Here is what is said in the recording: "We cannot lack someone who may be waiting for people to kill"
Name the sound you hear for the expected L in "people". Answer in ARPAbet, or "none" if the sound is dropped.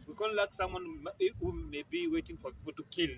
L